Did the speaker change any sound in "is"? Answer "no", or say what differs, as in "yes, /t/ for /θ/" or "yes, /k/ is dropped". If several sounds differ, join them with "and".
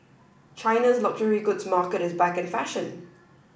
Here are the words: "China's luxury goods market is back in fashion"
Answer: no